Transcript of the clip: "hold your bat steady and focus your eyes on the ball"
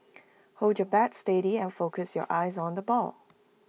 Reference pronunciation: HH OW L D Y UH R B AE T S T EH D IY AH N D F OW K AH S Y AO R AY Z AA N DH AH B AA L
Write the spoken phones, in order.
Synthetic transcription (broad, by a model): HH OW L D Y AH B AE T S T EH D IY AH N F OW K AH S Y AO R AY Z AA N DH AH B AA L